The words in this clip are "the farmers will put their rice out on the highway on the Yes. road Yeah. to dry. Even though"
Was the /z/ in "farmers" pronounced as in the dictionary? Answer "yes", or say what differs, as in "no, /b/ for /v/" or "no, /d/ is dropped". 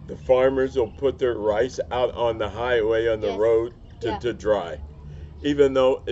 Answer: yes